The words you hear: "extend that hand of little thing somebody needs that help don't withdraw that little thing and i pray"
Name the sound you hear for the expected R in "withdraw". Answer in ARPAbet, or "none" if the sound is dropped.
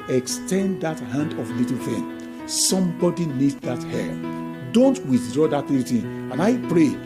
R